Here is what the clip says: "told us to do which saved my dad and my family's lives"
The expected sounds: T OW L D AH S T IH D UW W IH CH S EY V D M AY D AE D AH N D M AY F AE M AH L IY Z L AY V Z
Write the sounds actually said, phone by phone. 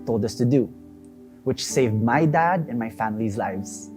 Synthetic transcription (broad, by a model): T OW L D AH S T IH D UW W IH CH S EY V D M AY D AE D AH N M AY F AE M AH L IY Z L AY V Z